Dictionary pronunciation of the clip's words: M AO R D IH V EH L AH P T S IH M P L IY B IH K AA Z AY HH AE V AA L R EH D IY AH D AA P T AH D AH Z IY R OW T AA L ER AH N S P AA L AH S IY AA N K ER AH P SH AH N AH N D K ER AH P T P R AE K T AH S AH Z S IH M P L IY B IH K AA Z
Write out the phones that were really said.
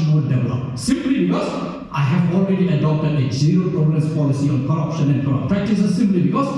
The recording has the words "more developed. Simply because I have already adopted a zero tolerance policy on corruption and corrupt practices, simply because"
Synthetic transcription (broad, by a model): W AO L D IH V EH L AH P S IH M P L IY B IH K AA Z AY HH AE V AA L R EH D IY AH D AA P T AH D AH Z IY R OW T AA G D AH S P AA L AH S IY AA N K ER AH P SH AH N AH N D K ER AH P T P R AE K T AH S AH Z S IH M P L IY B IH K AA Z